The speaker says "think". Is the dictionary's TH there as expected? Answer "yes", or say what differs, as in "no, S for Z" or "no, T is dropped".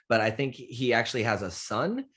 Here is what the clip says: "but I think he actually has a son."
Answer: yes